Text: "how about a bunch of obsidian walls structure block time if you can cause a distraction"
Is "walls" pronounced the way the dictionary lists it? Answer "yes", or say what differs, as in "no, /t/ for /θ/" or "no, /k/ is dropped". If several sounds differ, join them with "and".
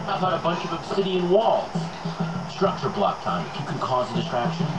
yes